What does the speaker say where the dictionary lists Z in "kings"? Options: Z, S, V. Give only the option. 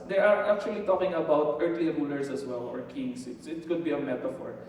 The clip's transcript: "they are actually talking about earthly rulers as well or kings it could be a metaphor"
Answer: S